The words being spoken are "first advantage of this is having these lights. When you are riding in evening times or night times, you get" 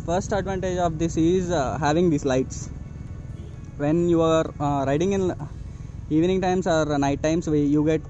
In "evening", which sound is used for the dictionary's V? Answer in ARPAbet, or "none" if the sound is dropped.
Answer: V